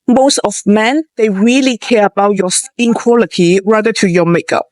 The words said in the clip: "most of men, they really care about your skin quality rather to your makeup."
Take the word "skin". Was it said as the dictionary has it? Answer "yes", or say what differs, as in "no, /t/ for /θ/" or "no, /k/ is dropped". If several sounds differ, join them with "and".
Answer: no, /k/ is dropped